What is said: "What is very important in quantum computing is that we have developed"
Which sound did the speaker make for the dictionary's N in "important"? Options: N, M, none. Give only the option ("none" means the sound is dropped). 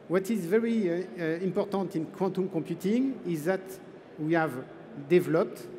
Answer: N